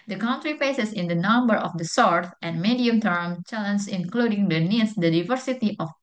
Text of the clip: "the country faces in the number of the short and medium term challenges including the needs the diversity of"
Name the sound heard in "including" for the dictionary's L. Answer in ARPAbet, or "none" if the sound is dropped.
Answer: L